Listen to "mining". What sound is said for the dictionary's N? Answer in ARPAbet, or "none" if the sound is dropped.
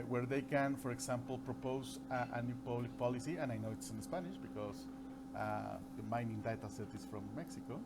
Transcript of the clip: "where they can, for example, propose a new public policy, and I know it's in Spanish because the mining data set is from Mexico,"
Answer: N